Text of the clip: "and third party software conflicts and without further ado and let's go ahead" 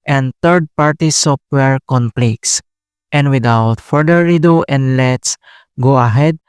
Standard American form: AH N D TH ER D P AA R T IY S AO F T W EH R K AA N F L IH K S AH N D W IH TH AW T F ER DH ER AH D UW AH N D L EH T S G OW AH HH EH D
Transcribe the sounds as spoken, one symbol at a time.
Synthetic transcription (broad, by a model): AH N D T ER D P AA R T IY S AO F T W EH R K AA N P L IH K S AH N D W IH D AW T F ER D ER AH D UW AH N D L EH T S G OW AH HH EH D